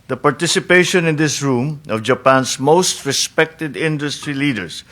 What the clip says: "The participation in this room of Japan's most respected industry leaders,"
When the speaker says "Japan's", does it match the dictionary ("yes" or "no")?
no